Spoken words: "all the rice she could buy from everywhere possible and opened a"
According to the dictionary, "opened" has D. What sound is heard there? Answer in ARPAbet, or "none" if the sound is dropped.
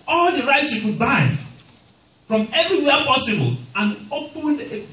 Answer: none